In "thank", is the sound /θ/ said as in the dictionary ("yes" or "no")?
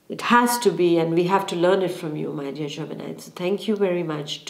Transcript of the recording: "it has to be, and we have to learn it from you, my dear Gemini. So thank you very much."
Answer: no